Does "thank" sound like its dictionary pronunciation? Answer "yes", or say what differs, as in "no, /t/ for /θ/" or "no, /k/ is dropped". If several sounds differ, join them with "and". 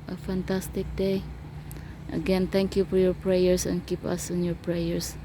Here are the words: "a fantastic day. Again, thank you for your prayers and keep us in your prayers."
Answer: no, /t/ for /θ/